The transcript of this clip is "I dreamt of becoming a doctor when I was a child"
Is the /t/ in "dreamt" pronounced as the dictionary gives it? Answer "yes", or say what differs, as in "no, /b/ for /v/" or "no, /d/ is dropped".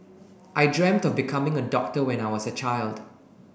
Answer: yes